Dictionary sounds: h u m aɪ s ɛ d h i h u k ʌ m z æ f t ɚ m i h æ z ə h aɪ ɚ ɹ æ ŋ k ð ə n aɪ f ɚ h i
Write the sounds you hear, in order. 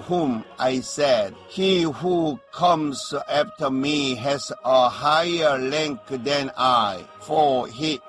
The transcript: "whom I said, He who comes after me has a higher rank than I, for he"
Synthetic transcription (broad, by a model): h u m aɪ s ɛ d h i h u k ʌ m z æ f t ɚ m i h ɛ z ə h aɪ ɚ l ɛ ŋ k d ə n aɪ f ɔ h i